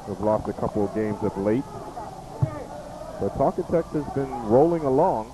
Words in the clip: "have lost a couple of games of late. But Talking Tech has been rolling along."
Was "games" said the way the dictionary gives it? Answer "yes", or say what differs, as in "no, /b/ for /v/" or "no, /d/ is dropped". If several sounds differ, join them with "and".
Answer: yes